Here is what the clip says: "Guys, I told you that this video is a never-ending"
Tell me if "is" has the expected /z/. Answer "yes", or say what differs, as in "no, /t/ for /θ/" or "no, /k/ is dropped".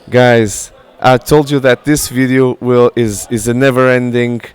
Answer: yes